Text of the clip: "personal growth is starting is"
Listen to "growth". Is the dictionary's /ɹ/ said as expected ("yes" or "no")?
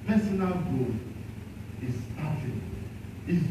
no